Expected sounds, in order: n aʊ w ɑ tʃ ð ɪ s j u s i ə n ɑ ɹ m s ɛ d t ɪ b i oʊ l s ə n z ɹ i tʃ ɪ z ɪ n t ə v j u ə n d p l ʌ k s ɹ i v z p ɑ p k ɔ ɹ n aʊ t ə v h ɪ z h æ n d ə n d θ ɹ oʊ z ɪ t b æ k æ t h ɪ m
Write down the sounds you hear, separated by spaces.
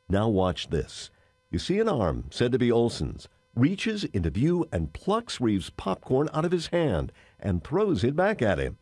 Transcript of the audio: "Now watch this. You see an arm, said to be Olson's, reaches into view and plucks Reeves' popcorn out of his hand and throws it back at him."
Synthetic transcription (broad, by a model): n aʊ w ɑ tʃ ð ɪ s j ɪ s i ə n ɑ ɹ m s ɛ d t ɪ b i oʊ l s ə n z ɹ i tʃ ɪ z ɪ n t ə v j u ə n p l ʌ k s ɹ i v z p ɑ p k ɔ ɹ n aʊ t ə v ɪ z h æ n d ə n θ ɹ oʊ z ɪ t b æ k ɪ t h ɪ m